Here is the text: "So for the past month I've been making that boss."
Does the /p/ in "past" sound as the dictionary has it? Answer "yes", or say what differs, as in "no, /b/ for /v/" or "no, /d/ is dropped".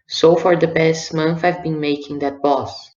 no, /b/ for /p/